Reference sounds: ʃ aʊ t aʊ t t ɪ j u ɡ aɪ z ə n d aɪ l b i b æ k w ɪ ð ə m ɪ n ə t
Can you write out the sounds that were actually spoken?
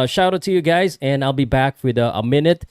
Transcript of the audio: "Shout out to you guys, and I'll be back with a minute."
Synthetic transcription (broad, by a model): ʃ aʊ t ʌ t t ɪ j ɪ ɡ aɪ z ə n aɪ l b i b æ k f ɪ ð ə m ɪ n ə t